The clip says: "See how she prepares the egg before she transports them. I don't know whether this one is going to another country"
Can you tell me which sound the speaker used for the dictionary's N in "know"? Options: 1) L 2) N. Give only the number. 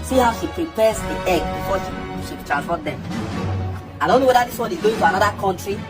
2